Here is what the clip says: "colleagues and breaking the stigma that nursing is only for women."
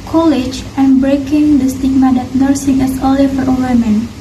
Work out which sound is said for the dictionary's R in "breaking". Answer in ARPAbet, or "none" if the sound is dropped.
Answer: R